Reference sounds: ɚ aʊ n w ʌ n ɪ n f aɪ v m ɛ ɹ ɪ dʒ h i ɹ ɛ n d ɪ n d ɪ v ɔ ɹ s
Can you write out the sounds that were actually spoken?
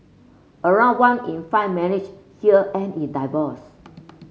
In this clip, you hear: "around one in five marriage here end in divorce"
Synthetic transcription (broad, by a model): ɚ aʊ n w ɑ n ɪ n f aɪ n m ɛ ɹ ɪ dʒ h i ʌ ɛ n ɪ n d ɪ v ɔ s